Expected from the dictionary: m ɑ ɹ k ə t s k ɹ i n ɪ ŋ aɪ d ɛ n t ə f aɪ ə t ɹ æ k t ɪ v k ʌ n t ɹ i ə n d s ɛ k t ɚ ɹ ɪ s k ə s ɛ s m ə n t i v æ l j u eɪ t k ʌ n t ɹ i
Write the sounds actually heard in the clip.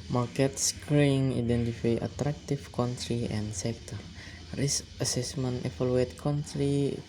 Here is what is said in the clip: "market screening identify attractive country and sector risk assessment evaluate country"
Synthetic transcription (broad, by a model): m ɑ ɹ k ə t s k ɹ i ɪ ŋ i d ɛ n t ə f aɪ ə t ɹ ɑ k t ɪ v k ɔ n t ɹ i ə n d s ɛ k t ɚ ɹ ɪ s ə s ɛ s m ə n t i f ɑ l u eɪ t k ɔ n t ɹ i